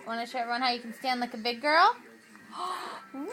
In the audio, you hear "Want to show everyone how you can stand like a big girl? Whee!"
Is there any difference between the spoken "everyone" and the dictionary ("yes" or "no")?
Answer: yes